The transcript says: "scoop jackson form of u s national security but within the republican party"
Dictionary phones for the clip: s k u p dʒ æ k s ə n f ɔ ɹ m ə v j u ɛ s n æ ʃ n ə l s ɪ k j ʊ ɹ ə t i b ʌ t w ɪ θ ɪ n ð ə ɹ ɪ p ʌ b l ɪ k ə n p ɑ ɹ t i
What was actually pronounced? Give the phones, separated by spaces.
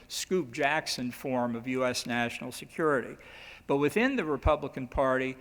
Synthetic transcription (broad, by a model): s k u p dʒ æ k s ə n f ɔ ɹ m ə v j u ɛ s n æ ʃ n l s ɪ k j ʊ ɹ ə t i b ʌ t w ɪ θ ɪ n ð ə ɹ ɪ p ʌ b l ɪ k ə n p ɑ ɹ t i